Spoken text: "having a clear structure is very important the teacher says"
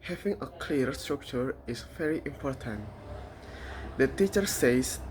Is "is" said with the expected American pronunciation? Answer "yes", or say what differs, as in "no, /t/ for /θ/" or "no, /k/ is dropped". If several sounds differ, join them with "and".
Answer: no, /s/ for /z/